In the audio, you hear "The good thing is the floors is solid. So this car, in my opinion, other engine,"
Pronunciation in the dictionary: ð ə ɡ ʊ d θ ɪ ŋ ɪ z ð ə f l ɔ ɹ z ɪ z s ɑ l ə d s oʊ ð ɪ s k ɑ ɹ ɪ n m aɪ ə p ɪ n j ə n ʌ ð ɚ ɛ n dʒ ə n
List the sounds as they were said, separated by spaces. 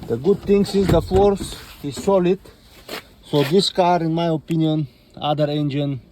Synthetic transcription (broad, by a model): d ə ɡ ʊ d t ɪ ŋ ɪ z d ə f ɔ ɹ s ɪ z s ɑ l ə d s oʊ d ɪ s k ɑ ɹ ɪ n m aɪ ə p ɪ n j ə n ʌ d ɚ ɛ n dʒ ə n